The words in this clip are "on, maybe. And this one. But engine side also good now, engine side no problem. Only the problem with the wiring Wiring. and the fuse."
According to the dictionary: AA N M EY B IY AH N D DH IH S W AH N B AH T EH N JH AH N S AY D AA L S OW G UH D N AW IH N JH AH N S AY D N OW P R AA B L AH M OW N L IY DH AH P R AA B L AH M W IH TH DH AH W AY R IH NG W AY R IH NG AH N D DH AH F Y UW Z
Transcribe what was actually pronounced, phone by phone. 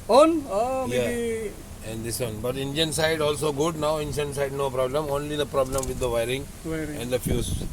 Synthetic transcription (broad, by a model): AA N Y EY IY AH N D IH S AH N B AH T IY N JH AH N S AY D AA L S OW G UH D N AW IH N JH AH N S AY D N OW P R AA B L AH M OW N L IY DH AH P R AA B L AH M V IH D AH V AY IH R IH NG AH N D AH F Y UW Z